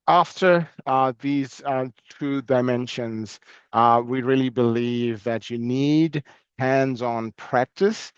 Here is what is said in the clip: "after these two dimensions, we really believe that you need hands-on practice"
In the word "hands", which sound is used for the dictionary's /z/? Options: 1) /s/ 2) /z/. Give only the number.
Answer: 2